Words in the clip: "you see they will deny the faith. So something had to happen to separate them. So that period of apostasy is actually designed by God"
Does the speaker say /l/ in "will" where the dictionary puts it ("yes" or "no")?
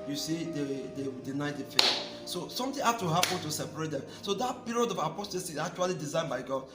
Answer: no